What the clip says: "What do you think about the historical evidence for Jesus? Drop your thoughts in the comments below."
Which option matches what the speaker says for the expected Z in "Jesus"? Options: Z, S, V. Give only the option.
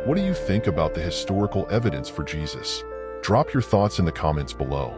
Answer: Z